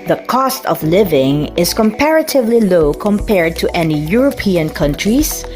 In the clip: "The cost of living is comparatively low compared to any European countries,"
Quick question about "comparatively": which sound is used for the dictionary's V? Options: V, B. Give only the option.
V